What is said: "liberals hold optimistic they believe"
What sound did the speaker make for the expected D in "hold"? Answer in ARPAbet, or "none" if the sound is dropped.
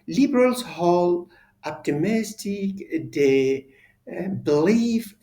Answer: none